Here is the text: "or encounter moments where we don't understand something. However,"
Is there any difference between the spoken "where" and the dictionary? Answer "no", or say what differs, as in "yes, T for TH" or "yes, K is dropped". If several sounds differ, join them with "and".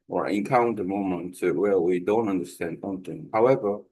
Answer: yes, L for R